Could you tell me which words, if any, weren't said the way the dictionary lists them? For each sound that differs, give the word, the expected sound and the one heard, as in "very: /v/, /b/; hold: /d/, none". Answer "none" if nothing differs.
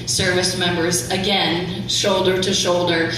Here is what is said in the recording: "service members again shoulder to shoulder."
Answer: none